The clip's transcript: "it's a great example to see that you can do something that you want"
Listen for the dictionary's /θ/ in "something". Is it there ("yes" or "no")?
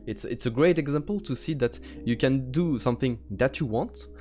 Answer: yes